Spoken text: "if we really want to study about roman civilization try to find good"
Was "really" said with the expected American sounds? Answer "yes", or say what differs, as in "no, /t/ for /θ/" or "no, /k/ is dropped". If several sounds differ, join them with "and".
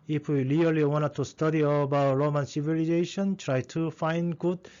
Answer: no, /l/ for /ɹ/